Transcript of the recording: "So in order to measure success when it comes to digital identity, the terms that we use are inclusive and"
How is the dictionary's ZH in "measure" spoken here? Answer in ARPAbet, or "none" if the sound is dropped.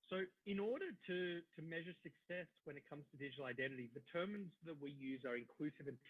ZH